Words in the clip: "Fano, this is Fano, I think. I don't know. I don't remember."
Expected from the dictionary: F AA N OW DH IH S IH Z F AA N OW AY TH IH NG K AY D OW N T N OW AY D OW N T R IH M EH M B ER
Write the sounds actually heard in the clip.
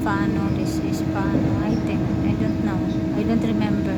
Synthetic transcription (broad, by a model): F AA N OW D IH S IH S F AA N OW AY T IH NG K AY D OW N T N OW AY D OW N T R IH M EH M B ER